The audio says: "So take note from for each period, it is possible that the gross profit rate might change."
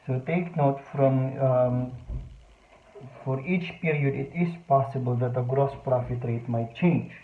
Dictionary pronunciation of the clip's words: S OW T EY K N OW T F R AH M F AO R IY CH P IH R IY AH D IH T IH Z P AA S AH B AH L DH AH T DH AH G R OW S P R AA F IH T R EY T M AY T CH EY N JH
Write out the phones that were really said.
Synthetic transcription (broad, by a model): S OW T EY K N OW T F R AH M F AO R IY CH P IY R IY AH D IH T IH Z P AA S AH B AH L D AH T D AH G R OW S P R AA F IH T R EY T M AY T CH EY N JH